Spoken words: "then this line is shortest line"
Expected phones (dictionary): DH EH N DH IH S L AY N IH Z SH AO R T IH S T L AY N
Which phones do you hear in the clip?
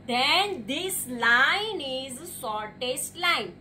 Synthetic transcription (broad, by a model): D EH N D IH S L AY N IH Z S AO R T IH S T L AY N